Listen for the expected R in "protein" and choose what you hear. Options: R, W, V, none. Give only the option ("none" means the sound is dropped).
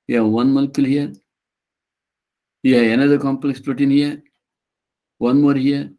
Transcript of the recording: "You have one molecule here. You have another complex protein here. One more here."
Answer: none